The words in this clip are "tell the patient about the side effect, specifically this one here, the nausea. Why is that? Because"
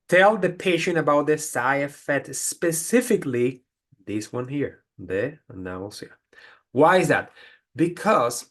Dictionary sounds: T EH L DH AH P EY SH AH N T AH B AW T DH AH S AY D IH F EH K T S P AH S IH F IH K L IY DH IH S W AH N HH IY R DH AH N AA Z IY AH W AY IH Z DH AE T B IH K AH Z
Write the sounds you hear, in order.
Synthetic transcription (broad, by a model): T EH L DH AH P EY SH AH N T AH B AW T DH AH S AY IH F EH T S P AH S IH F IH K L IY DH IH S W AH N HH IY R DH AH N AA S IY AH W AY IH Z DH AE T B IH K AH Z